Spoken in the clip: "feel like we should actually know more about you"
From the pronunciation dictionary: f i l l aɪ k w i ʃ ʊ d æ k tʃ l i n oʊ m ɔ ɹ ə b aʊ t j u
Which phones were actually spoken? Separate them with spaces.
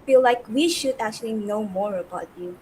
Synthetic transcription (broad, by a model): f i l l aɪ k w i ʃ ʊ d æ k tʃ l i n oʊ m ɔ ɹ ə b aʊ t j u